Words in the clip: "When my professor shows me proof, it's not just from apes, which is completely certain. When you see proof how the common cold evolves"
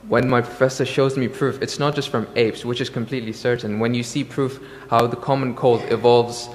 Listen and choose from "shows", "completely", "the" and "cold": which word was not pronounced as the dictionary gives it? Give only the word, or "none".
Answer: none